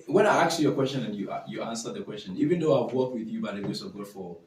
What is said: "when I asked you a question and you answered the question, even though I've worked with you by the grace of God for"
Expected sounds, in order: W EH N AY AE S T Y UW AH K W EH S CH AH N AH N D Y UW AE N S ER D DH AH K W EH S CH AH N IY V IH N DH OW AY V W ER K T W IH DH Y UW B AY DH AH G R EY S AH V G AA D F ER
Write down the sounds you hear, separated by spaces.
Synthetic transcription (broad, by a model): W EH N AY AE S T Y AH K W EH S CH AH N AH N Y Y UW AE N S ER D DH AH K W EH S CH AH N IY V IH N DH OW AY W W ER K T W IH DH Y UW B AY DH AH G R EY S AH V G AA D F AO